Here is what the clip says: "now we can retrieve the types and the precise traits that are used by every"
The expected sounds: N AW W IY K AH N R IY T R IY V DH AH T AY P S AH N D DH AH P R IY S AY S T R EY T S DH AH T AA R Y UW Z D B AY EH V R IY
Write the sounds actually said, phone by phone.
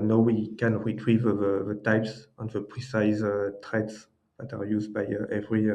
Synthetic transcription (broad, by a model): N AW W IY K AH N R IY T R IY V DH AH T AY P S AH N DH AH P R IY S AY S T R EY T S DH AH T AA R Y UW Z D B AY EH V R IY